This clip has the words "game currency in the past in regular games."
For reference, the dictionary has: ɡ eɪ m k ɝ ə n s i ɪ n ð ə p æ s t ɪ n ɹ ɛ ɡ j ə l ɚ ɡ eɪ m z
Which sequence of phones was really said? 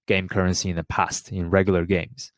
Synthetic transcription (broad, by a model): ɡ eɪ m k ɝ ə n s i ɪ n ð ə p æ s t ɪ n ɹ ɛ ɡ j l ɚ ɡ eɪ m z